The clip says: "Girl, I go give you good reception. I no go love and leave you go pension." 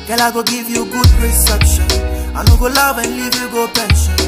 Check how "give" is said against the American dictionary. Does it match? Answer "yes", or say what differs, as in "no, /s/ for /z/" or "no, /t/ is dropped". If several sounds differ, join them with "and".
yes